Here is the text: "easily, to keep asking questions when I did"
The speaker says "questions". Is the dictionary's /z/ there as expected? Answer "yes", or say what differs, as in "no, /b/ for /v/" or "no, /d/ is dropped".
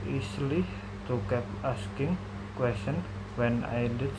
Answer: no, /z/ is dropped